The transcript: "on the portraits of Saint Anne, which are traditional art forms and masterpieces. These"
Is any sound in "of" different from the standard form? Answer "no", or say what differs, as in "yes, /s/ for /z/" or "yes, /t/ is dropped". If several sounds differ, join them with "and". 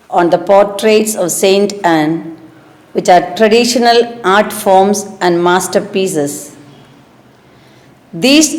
no